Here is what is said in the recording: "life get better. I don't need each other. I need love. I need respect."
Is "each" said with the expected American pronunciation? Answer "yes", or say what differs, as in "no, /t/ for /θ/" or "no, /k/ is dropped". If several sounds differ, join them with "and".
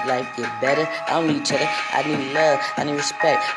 yes